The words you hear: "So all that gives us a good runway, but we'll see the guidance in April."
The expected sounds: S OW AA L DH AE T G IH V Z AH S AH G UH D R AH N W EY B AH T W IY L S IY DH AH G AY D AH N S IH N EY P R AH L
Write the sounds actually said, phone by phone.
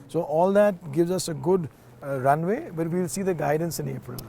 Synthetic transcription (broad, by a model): S OW AA L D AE T G IH V Z AH S AH G UH D R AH N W EY B AH T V IY L S IY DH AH G AY D AH N S IH N EY P R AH L